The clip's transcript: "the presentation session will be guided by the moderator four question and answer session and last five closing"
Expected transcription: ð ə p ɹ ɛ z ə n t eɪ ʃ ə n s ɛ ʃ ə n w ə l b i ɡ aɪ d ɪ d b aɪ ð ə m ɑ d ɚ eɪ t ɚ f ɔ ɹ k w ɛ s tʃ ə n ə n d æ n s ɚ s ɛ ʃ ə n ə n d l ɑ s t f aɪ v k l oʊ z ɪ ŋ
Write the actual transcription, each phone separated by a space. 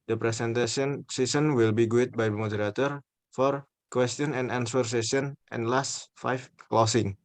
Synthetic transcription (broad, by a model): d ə p ɹ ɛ s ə n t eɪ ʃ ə n s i s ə n w ə l b i ɡ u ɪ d b aɪ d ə m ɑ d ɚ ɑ t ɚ f ɔ ɹ k w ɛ s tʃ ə n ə n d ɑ n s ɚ s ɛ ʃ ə n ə n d l ɑ s t f aɪ f k l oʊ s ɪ ŋ